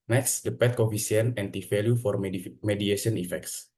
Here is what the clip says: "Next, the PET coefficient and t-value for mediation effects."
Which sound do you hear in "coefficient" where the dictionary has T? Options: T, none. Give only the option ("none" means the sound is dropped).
none